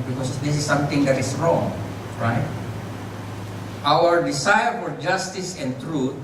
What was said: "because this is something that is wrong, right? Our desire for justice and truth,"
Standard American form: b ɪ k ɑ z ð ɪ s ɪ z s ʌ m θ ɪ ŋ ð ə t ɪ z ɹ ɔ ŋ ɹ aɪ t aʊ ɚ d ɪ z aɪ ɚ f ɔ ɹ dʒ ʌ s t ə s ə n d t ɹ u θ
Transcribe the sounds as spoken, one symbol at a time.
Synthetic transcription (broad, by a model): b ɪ k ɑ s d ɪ s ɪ s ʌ m t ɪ ŋ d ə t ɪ s ɹ ɔ ŋ ɹ aɪ t aʊ ɚ d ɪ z aɪ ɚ f ɔ ɹ dʒ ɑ s t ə s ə n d t ɹ u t